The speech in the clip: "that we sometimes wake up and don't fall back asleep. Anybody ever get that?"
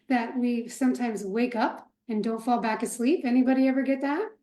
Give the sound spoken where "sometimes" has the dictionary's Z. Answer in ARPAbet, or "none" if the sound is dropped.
Z